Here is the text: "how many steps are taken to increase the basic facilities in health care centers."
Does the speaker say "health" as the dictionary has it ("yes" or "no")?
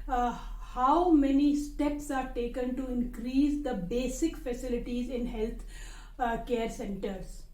no